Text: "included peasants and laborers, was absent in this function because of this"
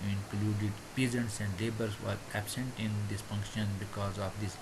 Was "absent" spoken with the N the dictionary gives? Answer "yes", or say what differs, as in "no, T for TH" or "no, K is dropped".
yes